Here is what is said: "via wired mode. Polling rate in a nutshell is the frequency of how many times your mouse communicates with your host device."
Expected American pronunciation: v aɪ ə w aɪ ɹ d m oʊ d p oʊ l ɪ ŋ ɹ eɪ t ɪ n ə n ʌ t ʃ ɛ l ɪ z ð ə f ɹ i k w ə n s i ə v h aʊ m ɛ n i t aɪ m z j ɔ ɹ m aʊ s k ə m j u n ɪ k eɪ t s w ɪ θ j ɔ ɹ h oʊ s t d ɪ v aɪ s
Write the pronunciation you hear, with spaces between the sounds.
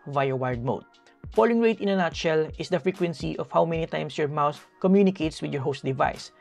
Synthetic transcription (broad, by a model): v aɪ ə w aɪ ɹ d m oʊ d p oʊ l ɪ ŋ ɹ eɪ t ɪ n ə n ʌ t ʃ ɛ l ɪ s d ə f ɹ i k w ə n s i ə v h aʊ m ɛ n i t aɪ m s j ɔ ɹ m aʊ θ k ə m j u n ɪ k eɪ t s w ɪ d j ɔ ɹ h oʊ s t d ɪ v aɪ s